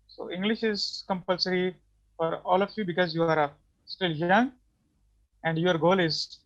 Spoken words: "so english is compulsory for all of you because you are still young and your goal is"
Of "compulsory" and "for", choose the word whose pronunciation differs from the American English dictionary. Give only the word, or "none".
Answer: none